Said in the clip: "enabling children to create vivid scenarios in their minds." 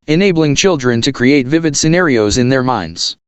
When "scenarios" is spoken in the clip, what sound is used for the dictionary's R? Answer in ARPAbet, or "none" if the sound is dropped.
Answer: R